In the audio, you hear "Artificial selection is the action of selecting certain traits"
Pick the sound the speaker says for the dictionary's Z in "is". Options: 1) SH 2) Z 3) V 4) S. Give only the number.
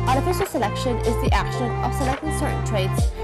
2